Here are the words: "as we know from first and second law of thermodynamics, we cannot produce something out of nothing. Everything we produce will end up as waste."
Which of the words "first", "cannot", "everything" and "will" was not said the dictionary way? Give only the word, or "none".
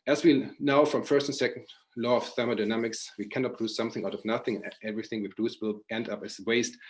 none